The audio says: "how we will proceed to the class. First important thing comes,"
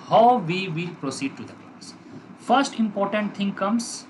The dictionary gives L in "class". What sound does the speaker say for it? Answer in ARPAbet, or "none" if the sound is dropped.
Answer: none